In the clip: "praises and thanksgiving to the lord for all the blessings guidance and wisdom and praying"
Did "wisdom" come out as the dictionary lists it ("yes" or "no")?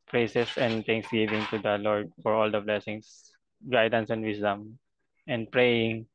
no